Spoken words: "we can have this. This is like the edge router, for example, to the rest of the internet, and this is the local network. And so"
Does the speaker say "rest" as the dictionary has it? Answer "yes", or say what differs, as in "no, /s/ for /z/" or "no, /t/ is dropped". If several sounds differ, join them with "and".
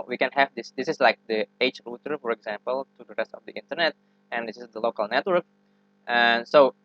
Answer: yes